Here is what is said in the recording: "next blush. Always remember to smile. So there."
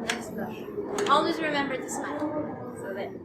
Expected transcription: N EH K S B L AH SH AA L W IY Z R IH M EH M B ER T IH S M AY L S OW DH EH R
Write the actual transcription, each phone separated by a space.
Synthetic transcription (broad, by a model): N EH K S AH AA L W IY Z R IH M EH M B ER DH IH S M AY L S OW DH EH